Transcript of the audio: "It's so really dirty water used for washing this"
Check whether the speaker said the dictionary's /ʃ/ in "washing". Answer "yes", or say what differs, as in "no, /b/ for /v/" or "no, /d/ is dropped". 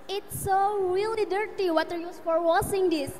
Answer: no, /s/ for /ʃ/